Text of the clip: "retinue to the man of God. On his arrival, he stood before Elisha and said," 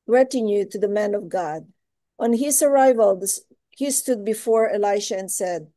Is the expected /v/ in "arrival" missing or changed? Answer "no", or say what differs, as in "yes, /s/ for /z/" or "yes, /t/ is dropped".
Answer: no